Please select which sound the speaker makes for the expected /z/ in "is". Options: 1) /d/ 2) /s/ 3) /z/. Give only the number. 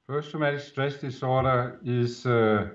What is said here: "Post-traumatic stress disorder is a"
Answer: 2